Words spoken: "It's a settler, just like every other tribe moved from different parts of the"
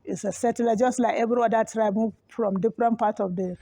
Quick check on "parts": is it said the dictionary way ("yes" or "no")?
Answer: no